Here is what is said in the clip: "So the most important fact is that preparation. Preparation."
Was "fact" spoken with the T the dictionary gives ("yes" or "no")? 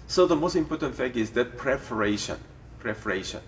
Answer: no